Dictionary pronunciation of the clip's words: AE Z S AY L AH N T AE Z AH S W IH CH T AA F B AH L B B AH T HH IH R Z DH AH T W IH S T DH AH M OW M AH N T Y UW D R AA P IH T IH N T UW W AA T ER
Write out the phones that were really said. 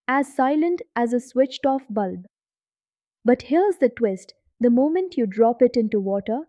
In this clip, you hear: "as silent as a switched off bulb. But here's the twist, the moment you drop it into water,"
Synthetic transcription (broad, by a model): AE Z S AY L AH N T AE Z AH S W IH CH T AA F B AH L B B AH T HH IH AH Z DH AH T W IH S T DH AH M OW M AH N T Y UW D R AA P IH T IH N T UW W AA T ER